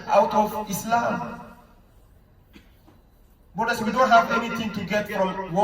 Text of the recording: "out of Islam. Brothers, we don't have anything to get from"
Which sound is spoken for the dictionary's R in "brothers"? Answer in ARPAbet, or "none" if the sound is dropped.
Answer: none